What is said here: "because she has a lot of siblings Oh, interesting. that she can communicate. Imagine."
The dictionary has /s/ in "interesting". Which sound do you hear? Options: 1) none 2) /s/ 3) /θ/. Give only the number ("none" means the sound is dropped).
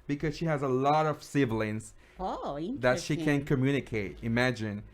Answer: 1